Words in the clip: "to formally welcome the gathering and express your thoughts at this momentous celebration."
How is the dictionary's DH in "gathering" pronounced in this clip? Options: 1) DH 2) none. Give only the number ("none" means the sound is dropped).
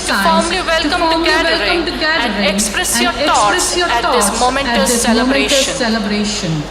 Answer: 2